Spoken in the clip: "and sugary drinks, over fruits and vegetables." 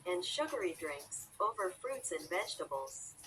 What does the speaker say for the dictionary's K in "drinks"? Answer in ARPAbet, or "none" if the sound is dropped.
K